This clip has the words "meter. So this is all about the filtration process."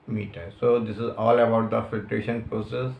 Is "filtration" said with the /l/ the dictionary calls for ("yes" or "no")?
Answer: yes